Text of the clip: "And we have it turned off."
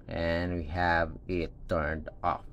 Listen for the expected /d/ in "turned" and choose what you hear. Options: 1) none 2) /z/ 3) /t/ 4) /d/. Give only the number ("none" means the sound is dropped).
4